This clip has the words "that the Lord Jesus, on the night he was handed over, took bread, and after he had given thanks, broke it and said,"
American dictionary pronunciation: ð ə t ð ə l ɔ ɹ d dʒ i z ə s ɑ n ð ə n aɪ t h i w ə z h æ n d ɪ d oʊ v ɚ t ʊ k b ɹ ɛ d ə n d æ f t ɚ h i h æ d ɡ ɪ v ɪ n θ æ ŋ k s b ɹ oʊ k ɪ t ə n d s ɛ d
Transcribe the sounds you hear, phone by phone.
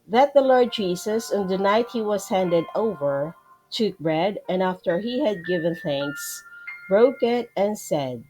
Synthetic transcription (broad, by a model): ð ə t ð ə l ɔ ɹ d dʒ i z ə s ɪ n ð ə n aɪ t h i w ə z h æ n d ɪ d oʊ v ɚ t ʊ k b ɹ ɛ d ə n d æ f t ɚ h i h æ d ɡ ɪ v ɪ n θ æ ŋ k s b ɹ oʊ k ɪ t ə n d s ɛ d